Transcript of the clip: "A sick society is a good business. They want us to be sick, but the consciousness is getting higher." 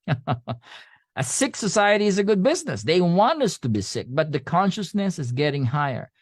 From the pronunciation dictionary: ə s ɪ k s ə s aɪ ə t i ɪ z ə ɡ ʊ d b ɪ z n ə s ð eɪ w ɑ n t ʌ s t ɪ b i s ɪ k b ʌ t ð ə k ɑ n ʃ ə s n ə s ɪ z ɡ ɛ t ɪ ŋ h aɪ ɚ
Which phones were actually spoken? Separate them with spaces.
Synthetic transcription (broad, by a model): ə s ɪ k s ə s aɪ ə t i ɪ z ə ɡ ʊ d b ɪ z n ə s ð eɪ w ɑ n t ʌ s t ɪ b i s ɪ k b ʌ t ð ə k ɑ n ʃ ə s n ə s ɪ z ɡ ɛ t ɪ ŋ h aɪ ɚ